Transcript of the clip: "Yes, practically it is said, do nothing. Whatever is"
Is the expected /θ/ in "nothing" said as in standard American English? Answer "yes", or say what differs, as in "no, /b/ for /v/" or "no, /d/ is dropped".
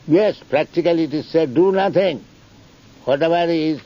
no, /t/ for /θ/